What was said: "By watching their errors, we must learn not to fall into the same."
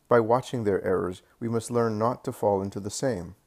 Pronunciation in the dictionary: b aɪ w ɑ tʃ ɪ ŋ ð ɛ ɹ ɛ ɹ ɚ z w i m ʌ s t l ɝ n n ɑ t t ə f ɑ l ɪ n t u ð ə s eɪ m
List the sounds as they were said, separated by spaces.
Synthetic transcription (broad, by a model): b aɪ w ɑ tʃ ɪ ŋ ð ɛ ɹ ɛ ɹ ɚ z w i m ʌ s t l ɝ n n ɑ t t ə f ɑ l ɪ n t u ð ə s eɪ m